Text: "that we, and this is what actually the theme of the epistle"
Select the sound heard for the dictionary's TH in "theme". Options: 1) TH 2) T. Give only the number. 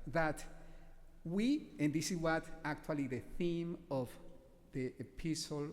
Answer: 1